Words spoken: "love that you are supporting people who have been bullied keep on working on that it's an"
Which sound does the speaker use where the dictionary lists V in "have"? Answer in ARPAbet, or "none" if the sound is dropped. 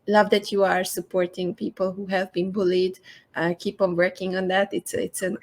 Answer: V